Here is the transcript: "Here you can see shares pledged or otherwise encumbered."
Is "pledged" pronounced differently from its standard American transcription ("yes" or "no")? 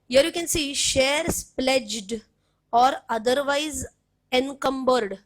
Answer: no